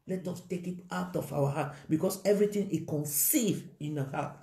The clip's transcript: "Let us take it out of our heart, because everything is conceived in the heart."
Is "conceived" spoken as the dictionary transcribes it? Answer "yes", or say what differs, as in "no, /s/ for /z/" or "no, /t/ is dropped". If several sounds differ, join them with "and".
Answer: no, /d/ is dropped